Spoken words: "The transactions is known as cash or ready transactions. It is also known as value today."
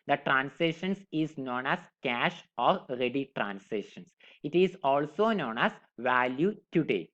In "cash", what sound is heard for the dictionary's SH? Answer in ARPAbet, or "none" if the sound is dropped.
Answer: SH